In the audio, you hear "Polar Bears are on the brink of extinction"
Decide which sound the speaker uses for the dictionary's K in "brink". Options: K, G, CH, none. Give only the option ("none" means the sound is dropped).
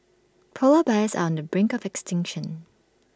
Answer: K